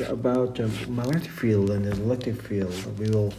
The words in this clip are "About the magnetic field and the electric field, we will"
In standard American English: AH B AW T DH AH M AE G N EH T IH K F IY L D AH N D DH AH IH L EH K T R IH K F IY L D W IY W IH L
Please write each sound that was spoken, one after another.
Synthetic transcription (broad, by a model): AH B AW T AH M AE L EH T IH F IY L D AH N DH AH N L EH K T IH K F IY L D W IY W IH L